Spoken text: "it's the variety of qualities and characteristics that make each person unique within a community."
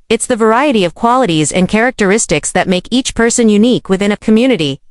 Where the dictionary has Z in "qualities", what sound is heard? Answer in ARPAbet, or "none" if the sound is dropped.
Z